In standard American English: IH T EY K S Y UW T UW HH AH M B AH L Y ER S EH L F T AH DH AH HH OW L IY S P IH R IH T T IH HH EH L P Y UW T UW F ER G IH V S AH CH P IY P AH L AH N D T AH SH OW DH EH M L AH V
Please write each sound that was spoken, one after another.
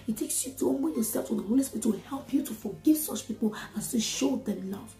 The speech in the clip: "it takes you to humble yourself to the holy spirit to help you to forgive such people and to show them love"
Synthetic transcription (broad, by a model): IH T EY K S Y UW T UW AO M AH N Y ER S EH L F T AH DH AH HH OW L IY S P IH R IH T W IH HH EH L P Y UW T UW F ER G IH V S AH CH P IY P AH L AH N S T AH SH OW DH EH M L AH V